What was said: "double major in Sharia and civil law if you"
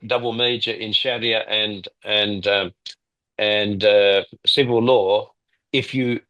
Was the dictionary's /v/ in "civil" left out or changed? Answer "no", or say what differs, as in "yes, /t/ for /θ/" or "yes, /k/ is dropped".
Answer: no